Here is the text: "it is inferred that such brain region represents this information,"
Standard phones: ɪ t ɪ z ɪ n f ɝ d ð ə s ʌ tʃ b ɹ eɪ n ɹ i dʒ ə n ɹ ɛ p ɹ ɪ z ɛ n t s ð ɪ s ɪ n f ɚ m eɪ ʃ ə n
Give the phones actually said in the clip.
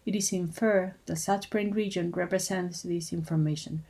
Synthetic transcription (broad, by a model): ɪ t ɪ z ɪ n f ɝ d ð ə s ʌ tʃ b ɹ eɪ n ɹ i dʒ ə n ɹ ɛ p ɹ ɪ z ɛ n t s ð ɪ s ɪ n f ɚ m eɪ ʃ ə n